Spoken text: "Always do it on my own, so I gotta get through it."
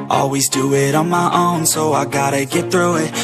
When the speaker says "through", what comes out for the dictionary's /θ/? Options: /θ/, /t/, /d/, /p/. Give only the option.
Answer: /θ/